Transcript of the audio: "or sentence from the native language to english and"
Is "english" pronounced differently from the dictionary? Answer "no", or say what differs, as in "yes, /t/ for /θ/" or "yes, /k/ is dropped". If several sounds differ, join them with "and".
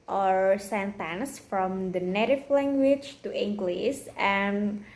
yes, /s/ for /ʃ/